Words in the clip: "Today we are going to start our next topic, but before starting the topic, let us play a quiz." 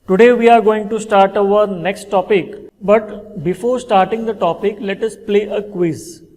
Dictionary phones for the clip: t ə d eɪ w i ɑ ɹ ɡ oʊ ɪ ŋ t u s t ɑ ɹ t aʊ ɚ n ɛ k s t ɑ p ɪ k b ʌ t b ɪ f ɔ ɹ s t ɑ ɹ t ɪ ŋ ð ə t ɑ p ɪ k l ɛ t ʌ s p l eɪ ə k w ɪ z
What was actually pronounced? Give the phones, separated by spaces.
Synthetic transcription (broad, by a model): t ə d eɪ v i ɑ ɹ ɡ oʊ ɪ ŋ t u s t ɑ ɹ t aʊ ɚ n ɛ k s t ɑ p ɪ k b ʌ t b ɪ f ɔ ɹ s t ɑ ɹ t ɪ ŋ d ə t ɑ p ɪ k l ɛ t ʌ s p l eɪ ə k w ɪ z